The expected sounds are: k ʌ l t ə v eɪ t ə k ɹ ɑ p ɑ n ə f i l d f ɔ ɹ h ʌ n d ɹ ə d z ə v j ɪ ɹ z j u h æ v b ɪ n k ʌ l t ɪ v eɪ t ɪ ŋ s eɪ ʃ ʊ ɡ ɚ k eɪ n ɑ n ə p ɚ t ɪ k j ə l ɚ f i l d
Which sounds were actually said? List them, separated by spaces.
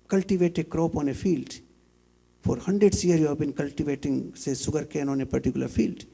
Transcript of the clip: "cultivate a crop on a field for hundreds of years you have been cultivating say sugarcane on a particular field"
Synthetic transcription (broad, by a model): k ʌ l t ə v eɪ t ə k ɹ ɑ p ɑ n ə f i l d f ɔ ɹ h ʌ n d ɹ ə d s j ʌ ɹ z j u h æ v b ɪ n k ʌ l t ɪ v eɪ t ɪ ŋ s eɪ s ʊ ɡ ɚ k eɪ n ɑ n ə p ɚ t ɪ k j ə l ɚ f i l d